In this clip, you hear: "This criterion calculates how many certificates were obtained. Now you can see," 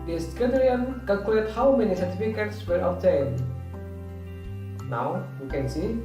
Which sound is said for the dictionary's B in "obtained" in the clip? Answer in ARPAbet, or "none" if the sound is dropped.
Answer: none